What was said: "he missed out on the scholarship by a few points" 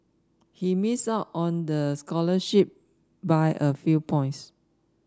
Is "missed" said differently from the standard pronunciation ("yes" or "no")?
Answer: yes